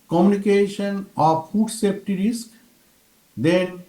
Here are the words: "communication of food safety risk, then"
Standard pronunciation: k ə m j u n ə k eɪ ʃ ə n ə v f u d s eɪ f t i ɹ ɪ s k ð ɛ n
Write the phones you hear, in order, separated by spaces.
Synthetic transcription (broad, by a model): k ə m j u n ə k eɪ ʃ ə n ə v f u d s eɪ p t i ɹ ɪ s k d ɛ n